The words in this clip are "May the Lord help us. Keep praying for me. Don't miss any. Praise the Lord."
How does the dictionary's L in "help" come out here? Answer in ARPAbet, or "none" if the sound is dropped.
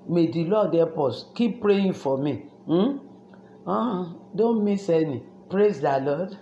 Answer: none